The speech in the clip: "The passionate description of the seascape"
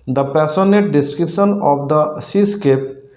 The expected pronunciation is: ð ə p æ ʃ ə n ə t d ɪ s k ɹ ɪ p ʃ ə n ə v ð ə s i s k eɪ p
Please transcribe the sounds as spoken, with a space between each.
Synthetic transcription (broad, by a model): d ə p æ s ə n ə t d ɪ s k ɹ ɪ p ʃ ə n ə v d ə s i s k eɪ p